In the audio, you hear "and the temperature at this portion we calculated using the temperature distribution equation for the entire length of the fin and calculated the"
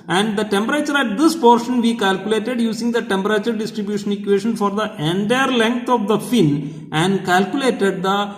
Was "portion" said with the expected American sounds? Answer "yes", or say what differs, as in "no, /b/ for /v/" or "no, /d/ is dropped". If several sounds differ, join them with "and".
yes